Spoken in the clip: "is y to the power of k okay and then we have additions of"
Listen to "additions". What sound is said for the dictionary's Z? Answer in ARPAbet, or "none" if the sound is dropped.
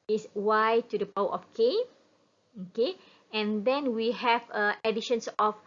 S